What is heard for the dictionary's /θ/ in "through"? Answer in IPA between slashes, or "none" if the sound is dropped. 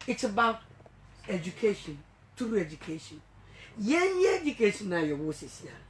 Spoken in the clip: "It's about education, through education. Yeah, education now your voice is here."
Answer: /t/